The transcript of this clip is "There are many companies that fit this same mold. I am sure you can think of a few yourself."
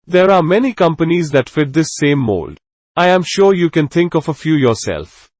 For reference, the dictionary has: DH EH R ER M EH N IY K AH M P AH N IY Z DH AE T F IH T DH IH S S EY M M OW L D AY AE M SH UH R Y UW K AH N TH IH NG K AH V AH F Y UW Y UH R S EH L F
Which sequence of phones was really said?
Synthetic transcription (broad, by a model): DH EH R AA M EH N IY K AH M P AH N IY Z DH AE T F IH T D IH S S EY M M OW L D AY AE M SH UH R Y UW K AH N T IH NG K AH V AH F Y UW Y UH R S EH L F